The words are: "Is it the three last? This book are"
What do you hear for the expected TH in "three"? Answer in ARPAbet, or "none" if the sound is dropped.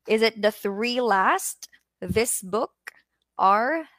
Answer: TH